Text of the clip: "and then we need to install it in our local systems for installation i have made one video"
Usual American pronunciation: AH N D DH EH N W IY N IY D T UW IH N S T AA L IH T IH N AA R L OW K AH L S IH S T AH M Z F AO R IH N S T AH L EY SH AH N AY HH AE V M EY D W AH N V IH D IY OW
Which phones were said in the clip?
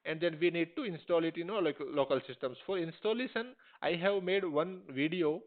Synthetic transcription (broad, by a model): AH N D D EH N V IY N IY D T UW IH N S T AA L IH T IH L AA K L OW K AH L S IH S T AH M S F AO R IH N S T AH L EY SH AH N AY HH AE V M EY D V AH N V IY D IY OW